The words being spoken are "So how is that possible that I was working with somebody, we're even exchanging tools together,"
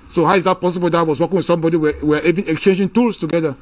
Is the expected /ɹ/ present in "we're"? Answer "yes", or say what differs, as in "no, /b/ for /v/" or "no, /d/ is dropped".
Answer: no, /w/ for /ɹ/